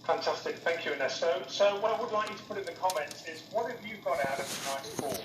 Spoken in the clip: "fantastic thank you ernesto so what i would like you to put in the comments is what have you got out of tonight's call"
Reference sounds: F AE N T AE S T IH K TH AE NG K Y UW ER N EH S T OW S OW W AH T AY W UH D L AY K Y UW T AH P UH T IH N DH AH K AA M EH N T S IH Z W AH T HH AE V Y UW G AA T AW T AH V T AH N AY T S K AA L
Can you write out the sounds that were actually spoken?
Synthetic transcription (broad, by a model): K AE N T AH S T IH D TH AE NG K Y UW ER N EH S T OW S OW W AH T AY W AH D L AY K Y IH T AH P UH T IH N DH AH K AA M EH N T IH Z W AH T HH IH V Y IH G AA T AW T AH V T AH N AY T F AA